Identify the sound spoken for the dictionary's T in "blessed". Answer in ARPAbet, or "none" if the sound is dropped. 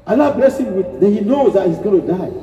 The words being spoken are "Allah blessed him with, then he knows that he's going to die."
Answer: none